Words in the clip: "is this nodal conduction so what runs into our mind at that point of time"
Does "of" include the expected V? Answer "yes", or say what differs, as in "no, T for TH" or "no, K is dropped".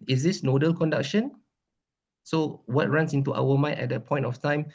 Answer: no, F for V